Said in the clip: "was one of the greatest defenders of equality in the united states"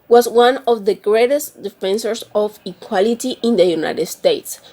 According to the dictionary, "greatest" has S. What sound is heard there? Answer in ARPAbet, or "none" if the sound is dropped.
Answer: S